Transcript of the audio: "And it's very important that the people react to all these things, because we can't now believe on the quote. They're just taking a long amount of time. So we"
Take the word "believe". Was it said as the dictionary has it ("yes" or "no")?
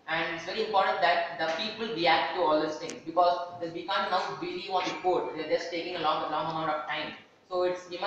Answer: no